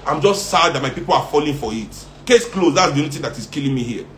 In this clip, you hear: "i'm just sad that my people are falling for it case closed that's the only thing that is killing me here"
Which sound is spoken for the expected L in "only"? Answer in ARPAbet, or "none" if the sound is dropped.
none